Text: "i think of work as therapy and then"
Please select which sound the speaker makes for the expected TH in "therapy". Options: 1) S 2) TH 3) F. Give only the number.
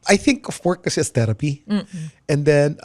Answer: 1